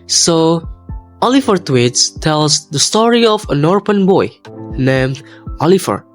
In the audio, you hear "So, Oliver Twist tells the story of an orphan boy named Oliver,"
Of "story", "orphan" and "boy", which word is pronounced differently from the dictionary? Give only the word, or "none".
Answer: orphan